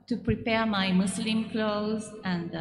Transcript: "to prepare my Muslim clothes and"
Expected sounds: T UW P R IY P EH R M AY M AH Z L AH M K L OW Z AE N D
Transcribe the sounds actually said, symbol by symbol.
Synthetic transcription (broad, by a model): T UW P R IY P EH R M AY M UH S L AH M K L OW Z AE N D